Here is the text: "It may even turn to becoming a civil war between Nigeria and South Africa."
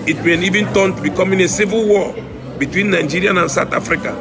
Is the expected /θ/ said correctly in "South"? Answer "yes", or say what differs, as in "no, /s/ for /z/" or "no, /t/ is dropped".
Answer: no, /t/ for /θ/